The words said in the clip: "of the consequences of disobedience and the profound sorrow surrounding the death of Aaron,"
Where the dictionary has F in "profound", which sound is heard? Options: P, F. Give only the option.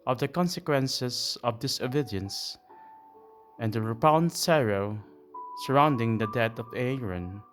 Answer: P